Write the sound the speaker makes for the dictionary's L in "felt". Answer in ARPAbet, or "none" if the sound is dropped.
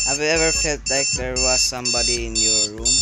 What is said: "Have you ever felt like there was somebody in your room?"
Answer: none